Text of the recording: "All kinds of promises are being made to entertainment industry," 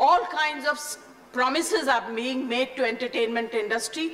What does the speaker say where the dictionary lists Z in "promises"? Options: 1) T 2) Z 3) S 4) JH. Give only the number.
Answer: 2